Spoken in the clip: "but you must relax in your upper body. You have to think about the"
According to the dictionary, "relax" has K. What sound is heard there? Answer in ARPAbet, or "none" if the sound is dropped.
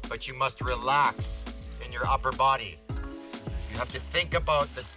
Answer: K